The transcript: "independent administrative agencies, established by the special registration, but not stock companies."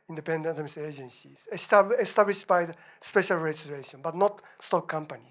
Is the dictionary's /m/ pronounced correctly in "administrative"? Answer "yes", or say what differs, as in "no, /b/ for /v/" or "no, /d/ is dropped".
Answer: no, /m/ is dropped